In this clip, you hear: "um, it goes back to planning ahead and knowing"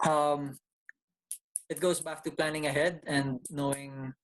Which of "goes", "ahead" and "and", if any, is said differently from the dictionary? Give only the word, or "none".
goes